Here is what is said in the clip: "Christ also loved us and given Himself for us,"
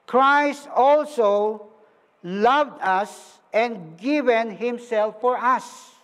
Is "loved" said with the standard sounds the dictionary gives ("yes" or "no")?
yes